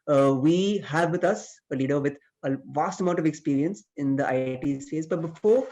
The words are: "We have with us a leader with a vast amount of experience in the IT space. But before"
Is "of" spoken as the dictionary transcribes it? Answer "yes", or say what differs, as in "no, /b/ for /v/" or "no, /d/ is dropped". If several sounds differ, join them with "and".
yes